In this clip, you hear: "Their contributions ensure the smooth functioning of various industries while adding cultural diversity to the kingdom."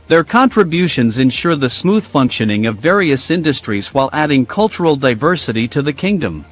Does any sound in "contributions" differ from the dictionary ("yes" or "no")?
no